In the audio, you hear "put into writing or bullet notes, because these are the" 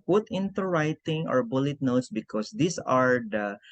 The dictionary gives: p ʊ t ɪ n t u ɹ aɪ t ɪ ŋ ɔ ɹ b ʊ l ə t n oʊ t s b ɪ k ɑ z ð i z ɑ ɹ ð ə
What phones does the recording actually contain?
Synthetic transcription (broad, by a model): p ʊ t ɪ n t u ɹ aɪ t ɪ ŋ ɔ ɹ b ʊ l ə t n oʊ t s b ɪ k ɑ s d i s ɑ ɹ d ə